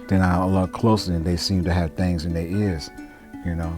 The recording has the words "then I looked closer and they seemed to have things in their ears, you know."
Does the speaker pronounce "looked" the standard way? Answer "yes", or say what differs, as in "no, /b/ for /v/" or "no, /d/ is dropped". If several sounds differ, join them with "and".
no, /k/ is dropped